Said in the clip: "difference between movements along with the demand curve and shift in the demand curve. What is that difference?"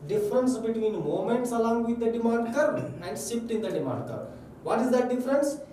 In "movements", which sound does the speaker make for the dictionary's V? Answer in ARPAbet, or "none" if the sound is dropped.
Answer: none